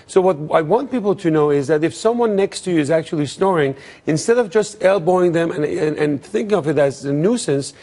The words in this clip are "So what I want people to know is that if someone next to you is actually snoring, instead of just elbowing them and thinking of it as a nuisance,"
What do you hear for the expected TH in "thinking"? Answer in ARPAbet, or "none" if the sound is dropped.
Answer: TH